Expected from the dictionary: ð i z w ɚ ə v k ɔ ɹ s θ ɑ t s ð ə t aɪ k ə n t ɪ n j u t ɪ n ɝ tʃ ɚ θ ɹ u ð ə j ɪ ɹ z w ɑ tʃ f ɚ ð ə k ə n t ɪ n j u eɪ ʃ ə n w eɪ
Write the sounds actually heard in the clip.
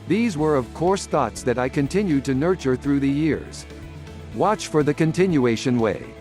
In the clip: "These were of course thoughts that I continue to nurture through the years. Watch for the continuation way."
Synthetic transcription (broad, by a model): ð i z w ɚ ə v k ɔ ɹ s θ ɑ t s ð ə t aɪ k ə n t ɪ n j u t ɪ n ɝ tʃ ɚ θ ɹ u ð ə j ɪ ɹ z w ɑ tʃ f ɚ ð ə k ə n t ɪ n j u eɪ ʃ ə n w eɪ